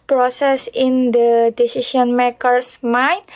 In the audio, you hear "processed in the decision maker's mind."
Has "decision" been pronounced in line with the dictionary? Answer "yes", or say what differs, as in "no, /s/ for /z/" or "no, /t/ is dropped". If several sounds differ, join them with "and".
no, /ʃ/ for /ʒ/